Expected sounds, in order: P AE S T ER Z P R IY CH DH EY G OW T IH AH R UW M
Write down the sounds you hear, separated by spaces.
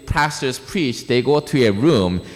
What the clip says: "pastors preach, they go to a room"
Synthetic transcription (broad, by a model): P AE S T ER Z P R IY CH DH EY G OW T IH AH R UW M